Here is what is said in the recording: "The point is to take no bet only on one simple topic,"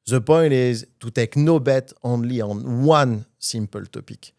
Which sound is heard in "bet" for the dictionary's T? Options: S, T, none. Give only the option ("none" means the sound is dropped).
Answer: T